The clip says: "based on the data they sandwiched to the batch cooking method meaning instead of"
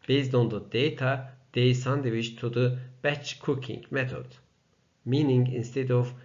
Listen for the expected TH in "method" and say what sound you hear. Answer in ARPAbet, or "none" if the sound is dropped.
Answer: T